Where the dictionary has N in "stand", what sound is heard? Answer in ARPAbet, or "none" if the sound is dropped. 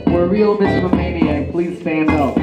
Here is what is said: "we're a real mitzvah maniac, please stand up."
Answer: N